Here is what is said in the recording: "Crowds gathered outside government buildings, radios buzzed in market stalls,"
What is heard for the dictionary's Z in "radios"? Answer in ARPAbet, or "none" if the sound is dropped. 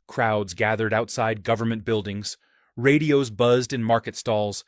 Z